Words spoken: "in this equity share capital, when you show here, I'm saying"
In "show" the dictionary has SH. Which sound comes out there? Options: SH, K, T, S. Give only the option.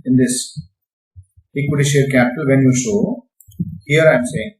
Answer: S